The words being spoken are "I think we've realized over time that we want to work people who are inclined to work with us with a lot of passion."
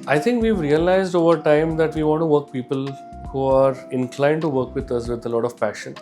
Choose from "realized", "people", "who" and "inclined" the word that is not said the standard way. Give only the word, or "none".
none